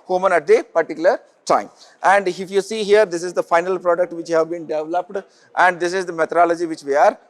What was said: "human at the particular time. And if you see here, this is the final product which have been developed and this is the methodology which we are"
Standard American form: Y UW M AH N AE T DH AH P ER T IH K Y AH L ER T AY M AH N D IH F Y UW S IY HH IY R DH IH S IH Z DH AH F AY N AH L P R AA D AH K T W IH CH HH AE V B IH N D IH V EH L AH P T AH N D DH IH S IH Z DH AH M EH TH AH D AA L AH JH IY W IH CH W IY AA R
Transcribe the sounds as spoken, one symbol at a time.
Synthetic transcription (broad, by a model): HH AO M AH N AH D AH P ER T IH K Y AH L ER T AY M AH N D IH F Y UW S IY HH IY R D IH S IH Z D AH F AY N AH L P R AA D AH K T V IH CH HH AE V B IH N D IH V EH L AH P T AH N D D IH S IH Z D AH M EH T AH D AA L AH JH IY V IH CH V IY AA R